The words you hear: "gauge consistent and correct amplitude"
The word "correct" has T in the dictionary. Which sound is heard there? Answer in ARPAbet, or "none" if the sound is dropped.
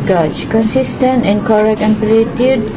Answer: none